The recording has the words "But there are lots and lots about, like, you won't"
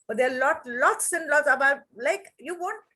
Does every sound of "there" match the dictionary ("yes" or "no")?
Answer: no